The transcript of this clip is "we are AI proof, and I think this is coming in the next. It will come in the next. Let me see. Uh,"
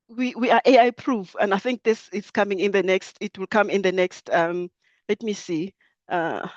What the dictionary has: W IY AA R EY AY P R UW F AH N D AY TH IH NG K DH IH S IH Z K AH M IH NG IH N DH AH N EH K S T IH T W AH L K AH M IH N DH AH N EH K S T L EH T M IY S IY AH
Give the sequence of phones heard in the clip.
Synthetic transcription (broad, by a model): W IY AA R EY AY P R UW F AH N D AY TH IH NG K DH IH S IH S K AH M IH NG IH N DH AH N EH K S T IH T W AH L K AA M IH N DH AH N EH K S T L EH T M IY S IY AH